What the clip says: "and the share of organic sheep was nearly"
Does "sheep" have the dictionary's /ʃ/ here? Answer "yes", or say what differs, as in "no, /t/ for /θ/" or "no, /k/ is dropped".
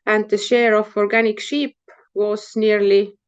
yes